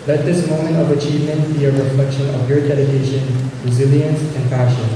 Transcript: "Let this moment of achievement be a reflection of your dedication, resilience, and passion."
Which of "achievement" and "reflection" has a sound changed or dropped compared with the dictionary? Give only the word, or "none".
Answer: none